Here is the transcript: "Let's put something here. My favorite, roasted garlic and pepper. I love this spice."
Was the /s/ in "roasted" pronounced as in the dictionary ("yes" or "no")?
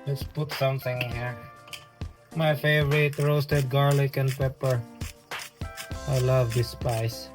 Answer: yes